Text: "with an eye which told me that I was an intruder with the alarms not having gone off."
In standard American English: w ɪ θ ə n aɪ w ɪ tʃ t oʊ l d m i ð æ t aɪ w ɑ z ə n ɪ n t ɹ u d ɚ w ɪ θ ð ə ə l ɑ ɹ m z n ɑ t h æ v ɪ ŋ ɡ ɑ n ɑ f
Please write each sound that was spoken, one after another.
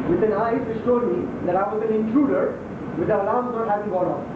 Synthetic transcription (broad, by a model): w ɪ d ə n aɪ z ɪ s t oʊ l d m i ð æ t aɪ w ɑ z ə n ɪ n t ɹ u d ɚ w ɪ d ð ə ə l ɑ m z n ɑ t h æ v ɪ ŋ ɡ ɑ n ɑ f